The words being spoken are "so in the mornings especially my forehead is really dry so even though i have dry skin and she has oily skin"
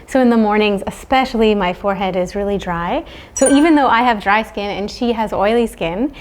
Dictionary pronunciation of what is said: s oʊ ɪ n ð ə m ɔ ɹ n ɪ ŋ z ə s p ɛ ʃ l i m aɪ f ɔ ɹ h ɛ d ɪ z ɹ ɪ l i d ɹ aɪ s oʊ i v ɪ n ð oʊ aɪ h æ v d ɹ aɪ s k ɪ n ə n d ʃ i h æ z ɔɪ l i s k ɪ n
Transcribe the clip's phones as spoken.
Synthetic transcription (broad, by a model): s oʊ ɪ n ð ə m ɔ ɹ n ɪ ŋ z ə s p ɛ ʃ l i m aɪ f ɔ ɹ h ɛ d ɪ z ɹ ɪ l i d ɹ aɪ s oʊ i v ɪ n ð oʊ aɪ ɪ v d ɹ aɪ s k ɪ n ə n ʃ i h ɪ z ɔɪ l i s k ɪ n